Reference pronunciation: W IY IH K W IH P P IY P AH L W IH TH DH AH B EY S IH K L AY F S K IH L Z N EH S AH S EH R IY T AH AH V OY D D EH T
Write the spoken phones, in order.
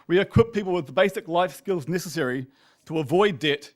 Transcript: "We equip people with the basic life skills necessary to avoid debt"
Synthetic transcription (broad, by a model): W IY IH K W IH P P IY P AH L W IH DH AH B EY S IH K L AY F S K IH L Z N EH S AH S EH R IY T AH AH V OY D D EH T